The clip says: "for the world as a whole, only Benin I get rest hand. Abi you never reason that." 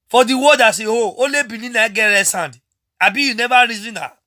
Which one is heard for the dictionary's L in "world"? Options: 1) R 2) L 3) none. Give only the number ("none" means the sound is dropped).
3